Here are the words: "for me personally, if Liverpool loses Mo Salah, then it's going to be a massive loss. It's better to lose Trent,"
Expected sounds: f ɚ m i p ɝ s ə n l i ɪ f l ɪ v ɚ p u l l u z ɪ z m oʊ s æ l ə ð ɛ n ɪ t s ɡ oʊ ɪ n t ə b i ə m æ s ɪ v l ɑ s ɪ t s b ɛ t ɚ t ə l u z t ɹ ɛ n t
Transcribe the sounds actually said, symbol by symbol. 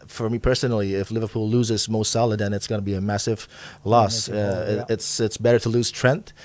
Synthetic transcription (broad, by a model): f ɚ m i p ɝ s ə n l i ɪ f l ɪ v ɚ p u l l u z ɪ z m oʊ s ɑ l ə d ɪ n ɪ t s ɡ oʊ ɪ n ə b i ə m æ s ɪ v l ɑ s ɪ t s b ɛ t ɚ t ə l u z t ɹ ɛ n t